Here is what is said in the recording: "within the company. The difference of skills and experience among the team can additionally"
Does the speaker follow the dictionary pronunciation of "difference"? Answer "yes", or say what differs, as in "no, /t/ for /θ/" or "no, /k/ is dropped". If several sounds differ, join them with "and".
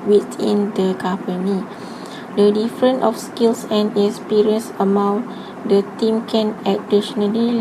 no, /s/ is dropped